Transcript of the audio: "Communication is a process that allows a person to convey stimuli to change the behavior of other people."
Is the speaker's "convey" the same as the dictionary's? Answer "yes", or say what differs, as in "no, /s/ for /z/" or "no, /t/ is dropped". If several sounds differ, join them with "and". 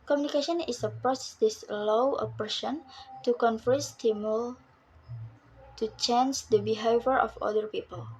no, /f/ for /v/